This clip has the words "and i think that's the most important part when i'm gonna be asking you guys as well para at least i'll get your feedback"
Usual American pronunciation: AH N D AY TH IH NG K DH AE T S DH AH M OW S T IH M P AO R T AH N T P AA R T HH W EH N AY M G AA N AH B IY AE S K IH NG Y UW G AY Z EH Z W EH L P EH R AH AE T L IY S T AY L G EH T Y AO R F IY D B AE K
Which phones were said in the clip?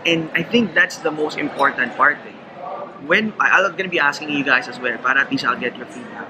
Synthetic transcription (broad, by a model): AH N D AY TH IH NG K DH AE T S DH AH M OW S T IH M P AO R T AH N T P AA R T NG W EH N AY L G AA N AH B IY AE S K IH NG Y UW G AY S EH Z W EH L P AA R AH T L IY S AY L G EH T Y AO R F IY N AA